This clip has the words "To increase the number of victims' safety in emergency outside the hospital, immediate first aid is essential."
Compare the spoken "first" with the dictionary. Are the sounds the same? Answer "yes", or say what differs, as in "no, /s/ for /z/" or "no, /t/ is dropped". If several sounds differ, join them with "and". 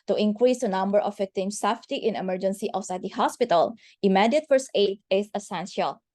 no, /t/ is dropped